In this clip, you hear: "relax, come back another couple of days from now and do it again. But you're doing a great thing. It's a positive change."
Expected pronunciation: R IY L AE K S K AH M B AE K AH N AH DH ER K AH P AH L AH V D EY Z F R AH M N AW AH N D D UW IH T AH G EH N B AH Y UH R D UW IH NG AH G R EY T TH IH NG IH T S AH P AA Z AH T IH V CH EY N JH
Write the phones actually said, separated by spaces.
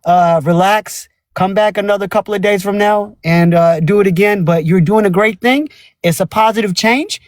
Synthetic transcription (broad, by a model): R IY L AE K S K AH M B AE K AH N AH DH ER K AH P L AH V D EY Z F R AH M N AW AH N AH D IH T AH G EH N B AH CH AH R D UW IH NG AH G R EY T TH IH NG IH T S AH P AA Z AH T IH V CH EY N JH